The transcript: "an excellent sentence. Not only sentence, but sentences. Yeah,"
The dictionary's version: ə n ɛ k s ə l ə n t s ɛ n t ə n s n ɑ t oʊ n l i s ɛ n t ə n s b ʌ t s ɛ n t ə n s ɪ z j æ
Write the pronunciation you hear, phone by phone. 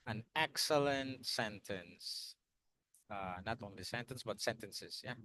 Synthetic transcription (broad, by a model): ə n ɛ k s ə l ə n t s ɛ n t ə n s n ɑ t oʊ n l i s ɛ n t ə n s b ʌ t s ɛ n t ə n s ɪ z j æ